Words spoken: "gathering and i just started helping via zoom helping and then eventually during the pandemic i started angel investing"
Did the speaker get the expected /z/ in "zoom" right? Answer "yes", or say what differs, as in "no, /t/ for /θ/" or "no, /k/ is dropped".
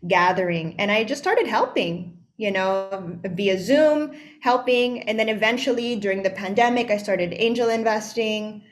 yes